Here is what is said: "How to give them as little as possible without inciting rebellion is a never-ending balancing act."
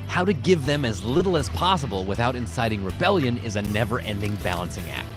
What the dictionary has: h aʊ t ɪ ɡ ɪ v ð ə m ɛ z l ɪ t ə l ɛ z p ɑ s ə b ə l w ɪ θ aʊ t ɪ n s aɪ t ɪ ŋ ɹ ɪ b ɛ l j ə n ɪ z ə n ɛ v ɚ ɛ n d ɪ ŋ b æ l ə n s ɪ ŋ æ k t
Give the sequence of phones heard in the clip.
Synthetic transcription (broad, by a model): h aʊ t ɪ ɡ ɪ v ð ə m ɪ z l ɪ t l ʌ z p ɑ s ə b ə l w ɪ θ aʊ t ɪ n s aɪ t ɪ ŋ ɹ ɪ b ɛ l j ə n ɪ z ə n ɛ v ɚ ɛ n d ɪ ŋ b æ l ə n s ɪ ŋ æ k t